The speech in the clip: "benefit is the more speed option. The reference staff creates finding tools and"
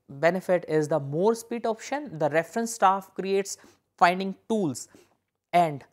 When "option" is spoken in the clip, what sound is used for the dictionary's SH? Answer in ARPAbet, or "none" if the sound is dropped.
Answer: SH